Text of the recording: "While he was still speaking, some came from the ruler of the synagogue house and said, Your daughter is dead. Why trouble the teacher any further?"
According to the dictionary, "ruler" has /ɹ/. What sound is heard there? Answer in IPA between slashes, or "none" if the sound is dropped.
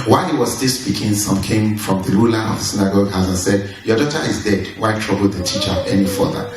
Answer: /l/